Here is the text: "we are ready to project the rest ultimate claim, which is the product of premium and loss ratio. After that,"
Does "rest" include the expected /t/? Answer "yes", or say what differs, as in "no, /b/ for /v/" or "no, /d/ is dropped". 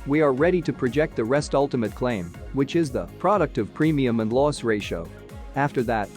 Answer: yes